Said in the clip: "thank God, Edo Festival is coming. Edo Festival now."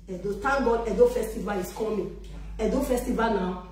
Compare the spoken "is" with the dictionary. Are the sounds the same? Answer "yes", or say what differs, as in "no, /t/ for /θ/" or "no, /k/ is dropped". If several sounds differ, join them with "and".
no, /s/ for /z/